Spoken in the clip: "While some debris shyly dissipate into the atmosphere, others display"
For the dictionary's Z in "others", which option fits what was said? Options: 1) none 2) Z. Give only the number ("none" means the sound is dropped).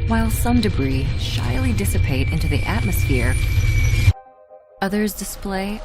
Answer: 2